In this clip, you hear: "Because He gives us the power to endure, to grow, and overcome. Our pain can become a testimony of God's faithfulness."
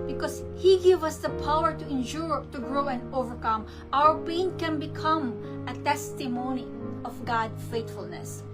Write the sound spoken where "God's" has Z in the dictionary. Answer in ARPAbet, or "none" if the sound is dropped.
none